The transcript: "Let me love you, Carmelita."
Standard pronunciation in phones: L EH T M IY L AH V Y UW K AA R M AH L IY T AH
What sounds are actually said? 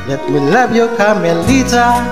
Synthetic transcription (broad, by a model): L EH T M IY L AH B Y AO K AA M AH L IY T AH